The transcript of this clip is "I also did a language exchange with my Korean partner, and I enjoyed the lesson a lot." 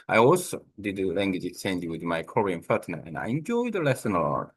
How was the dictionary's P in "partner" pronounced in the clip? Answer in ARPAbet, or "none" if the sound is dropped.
F